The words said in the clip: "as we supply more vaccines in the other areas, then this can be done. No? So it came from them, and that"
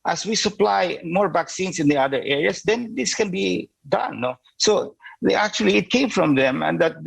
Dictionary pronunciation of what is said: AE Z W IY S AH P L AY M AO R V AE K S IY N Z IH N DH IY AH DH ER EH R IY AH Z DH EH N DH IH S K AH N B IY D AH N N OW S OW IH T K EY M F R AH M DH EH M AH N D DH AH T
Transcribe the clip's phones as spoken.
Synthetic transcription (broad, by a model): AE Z W IY S AH P L AY M AO R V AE K S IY N S IH N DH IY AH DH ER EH R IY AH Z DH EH N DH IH S K AH N B IY D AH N N OW S OW IH T K EY M F R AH M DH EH M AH N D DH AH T